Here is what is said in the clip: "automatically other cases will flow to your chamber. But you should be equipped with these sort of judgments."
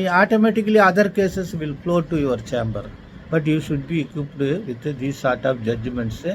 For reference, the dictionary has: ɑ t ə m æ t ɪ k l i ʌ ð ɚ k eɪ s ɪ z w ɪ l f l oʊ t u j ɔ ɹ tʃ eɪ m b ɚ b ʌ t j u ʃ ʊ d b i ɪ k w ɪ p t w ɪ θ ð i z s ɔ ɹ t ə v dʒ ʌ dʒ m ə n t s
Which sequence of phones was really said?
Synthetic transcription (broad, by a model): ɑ t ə m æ t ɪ k l i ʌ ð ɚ k eɪ s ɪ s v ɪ l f l oʊ t u j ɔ ɹ tʃ eɪ m b ɚ b ʌ t j u ʃ ʊ d b i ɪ k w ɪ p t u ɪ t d i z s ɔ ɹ t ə p dʒ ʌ dʒ m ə n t s